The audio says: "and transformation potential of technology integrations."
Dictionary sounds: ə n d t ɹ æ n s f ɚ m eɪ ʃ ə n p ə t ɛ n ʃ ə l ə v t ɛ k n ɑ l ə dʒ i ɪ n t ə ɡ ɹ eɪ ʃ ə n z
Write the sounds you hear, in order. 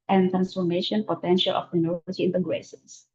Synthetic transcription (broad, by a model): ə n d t ɹ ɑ n s f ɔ m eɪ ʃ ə n p ə t ɛ n ʃ ə l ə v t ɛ n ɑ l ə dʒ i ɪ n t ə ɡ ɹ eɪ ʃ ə n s